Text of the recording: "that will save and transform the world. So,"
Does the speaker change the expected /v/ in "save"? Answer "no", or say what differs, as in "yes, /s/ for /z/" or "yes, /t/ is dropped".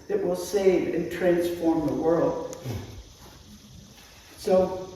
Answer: no